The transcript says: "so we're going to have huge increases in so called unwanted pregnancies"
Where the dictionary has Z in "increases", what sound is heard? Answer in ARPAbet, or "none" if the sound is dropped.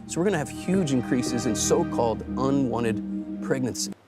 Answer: Z